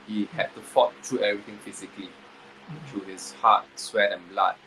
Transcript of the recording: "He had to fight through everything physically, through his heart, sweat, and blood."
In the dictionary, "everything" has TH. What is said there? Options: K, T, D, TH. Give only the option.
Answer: T